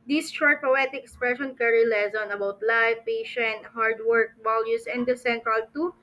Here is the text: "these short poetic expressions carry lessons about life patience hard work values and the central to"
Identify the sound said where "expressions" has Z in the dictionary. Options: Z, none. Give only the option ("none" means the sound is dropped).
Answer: none